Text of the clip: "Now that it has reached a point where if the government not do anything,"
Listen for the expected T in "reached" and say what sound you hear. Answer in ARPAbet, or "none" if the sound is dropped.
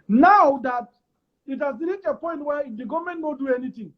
none